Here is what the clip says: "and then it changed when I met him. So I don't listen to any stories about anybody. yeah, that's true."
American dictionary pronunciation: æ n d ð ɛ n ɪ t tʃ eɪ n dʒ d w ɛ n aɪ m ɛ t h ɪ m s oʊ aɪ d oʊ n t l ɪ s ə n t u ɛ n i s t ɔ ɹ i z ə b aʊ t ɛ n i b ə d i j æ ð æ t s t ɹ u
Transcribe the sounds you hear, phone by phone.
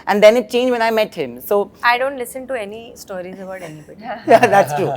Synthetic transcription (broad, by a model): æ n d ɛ n ɪ t tʃ eɪ n dʒ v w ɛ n aɪ m ɛ t h ɪ m s oʊ aɪ d oʊ n t l ɪ s ə n t u ɛ n i s t ɔ ɹ i z ə b aʊ t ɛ n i ə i j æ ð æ t s t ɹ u